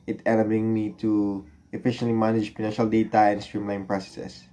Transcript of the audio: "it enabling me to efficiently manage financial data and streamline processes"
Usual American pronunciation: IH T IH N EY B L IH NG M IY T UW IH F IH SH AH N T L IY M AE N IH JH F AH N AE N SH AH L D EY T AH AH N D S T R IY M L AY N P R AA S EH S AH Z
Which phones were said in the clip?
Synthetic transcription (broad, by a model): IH T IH L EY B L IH NG M IY T UW IH F IH SH AH N T L IY M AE N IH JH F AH N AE N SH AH L D EY T AH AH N S T R IY M L AY N P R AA S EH S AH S